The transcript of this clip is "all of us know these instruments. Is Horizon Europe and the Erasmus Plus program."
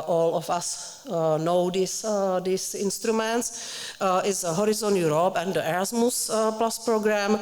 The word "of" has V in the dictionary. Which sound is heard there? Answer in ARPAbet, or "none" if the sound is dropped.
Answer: F